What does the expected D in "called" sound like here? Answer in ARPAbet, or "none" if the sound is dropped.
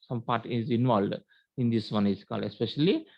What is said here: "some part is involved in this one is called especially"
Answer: none